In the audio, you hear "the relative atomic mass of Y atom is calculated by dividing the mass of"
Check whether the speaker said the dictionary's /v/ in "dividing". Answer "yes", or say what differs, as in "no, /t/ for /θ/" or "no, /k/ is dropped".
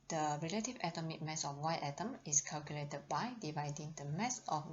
yes